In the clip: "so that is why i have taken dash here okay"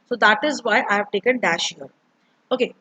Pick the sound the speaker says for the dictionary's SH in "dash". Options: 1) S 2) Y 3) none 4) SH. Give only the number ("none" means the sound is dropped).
4